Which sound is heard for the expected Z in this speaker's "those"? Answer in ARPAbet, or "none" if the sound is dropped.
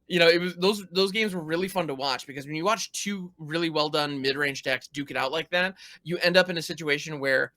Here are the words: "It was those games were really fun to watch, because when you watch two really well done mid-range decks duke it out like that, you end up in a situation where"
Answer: Z